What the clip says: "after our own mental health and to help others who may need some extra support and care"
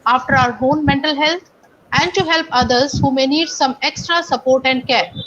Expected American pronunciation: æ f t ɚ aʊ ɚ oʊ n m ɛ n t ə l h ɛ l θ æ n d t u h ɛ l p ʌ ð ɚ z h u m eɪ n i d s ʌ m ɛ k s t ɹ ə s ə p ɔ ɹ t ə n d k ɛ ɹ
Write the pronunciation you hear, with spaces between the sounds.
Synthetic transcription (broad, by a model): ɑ f t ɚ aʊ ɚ oʊ n m ɛ n t ə l h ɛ l t æ n d t u h ɛ l p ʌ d ɚ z h u m eɪ n i d s ʌ m ɛ k s t ɹ ə s ə p ɔ ɹ t ə n d k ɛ ɹ